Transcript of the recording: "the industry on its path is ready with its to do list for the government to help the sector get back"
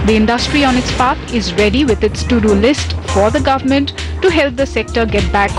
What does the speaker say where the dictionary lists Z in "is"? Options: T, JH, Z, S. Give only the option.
Z